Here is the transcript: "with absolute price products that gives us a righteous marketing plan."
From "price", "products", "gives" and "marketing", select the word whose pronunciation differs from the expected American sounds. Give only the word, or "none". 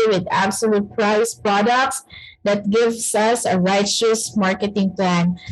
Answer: gives